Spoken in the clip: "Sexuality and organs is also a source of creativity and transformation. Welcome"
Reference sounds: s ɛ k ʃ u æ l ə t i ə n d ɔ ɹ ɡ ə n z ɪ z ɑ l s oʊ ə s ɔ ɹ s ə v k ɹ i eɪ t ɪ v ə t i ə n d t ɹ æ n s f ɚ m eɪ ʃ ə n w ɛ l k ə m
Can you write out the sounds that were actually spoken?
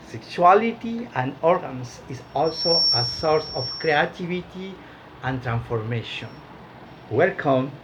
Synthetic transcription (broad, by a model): s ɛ k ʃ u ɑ l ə t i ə n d ɔ ɹ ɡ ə n s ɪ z ɑ l s oʊ ə s ɔ ɹ s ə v k ɹ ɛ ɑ t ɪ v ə t i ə n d t ɹ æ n s f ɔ m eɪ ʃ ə n w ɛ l k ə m